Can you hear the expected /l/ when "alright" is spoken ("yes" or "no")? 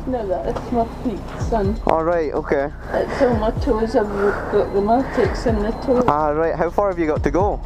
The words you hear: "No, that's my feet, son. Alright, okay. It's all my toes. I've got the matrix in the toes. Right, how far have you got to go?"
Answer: yes